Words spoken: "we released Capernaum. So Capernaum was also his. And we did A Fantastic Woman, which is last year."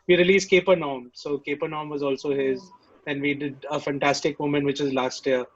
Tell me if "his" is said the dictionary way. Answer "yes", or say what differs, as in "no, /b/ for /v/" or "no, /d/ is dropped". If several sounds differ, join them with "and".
yes